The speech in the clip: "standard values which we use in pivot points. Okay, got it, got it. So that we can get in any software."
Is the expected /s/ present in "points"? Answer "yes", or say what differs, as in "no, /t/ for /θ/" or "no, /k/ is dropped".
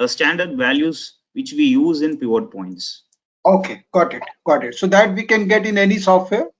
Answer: yes